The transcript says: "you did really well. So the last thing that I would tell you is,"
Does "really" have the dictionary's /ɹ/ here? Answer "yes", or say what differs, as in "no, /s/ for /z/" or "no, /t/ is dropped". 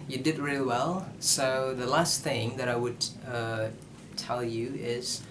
yes